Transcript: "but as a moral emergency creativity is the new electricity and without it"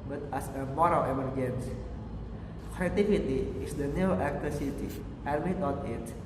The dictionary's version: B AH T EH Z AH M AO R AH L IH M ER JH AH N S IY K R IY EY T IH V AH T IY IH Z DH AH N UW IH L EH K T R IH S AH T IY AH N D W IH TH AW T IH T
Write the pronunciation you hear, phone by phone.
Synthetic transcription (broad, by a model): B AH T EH S AH M AO R AH L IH M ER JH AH N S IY K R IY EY T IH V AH T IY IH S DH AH N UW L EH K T IH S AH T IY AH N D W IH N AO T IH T